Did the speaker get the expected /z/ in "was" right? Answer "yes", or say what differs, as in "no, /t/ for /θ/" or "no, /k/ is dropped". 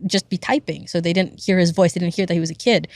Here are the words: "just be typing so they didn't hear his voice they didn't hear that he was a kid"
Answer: yes